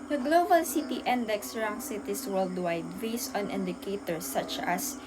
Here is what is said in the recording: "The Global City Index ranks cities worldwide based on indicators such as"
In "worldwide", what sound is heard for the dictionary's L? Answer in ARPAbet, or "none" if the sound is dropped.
L